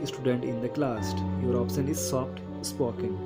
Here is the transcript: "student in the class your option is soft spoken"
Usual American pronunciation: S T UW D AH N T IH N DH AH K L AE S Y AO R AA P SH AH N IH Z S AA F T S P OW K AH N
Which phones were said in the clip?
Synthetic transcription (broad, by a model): S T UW D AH N T IH N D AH K L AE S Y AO R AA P S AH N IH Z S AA P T S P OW K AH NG